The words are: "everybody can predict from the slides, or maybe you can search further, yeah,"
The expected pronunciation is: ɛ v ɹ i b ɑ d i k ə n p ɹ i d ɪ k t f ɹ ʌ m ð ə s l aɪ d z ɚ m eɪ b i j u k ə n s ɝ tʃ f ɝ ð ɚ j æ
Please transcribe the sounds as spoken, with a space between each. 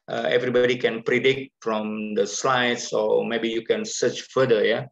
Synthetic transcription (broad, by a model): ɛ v ɹ i b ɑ d i k ə n p ɹ i d ɪ k t f ɹ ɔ m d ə s l aɪ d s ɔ m eɪ b i j u k ə n s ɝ tʃ f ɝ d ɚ j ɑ